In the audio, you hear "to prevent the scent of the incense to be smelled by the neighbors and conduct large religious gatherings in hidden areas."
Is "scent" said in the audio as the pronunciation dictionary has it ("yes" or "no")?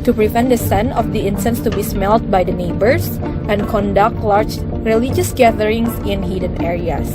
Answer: no